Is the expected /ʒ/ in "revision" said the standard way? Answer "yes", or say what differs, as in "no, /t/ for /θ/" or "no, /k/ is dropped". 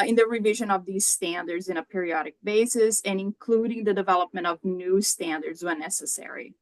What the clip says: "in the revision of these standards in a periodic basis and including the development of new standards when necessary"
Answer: yes